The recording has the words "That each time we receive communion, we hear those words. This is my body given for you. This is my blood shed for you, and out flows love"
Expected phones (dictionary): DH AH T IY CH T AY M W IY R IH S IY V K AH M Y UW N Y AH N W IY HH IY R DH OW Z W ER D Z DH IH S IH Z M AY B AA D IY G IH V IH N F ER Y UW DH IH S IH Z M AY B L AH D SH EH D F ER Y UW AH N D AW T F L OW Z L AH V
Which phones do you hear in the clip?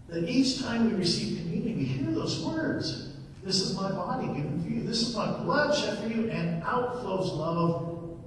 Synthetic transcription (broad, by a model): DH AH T IY CH T AY M W IY R IH S IY V K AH M Y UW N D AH W IY HH IY R DH OW Z W ER D Z DH IH S IH Z M AY B AA D IY G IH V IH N F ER Y UW DH IH S IH Z M AY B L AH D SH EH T F ER Y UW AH N AW T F L OW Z L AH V